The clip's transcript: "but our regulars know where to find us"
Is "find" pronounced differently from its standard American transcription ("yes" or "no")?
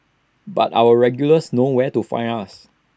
yes